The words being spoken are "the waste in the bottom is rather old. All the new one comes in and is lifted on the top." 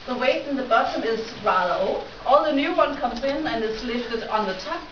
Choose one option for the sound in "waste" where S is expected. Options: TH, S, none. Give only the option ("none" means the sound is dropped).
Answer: none